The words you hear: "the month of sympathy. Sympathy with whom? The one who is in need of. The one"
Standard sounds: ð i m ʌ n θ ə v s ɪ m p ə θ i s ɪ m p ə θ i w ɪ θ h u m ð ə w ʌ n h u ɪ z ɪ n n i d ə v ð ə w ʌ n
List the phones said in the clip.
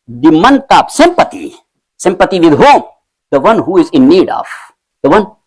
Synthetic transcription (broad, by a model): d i m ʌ n t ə p s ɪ m p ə t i s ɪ m p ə t i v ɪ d h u m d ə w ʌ n h u ɪ z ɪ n n i d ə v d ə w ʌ n